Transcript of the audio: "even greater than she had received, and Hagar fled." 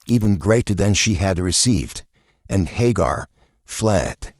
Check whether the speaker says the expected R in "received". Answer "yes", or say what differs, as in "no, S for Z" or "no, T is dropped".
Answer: yes